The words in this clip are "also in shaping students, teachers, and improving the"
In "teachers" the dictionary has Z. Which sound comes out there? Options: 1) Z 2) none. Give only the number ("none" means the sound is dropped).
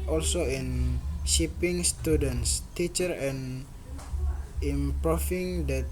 2